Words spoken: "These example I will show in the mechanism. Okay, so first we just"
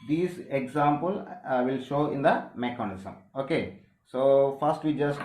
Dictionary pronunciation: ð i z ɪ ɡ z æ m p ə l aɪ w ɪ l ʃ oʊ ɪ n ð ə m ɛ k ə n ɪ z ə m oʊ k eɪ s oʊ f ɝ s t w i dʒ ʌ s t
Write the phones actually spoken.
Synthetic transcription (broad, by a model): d i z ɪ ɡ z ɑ m p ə l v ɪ l ʃ oʊ ɪ n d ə m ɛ k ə n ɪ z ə m oʊ k eɪ s oʊ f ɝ s t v i dʒ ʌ s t